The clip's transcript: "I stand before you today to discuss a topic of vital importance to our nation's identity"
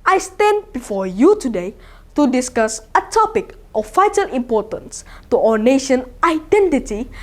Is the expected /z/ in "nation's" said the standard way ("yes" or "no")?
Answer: no